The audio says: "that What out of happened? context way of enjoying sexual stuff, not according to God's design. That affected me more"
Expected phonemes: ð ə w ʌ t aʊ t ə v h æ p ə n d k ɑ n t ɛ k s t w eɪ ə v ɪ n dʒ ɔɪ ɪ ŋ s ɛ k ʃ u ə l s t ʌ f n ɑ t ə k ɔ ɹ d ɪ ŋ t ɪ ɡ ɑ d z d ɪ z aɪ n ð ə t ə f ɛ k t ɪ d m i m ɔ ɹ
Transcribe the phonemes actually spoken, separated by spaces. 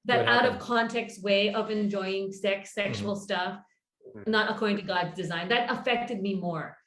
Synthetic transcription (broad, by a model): ð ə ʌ t aʊ t ə v k ɑ n t ɛ k s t w eɪ ə v ɪ n dʒ ɔɪ ɪ ŋ s ɛ k s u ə l s t ʌ f n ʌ t ə k ɔ ɹ d ɪ ŋ t ɪ ɡ ɑ d z d ɪ z aɪ n ð ə t ə f ɛ k t ɪ d m i m ɔ ɹ